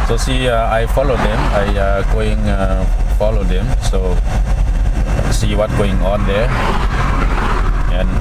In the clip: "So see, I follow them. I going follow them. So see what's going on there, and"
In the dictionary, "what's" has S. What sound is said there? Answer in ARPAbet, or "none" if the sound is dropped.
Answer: none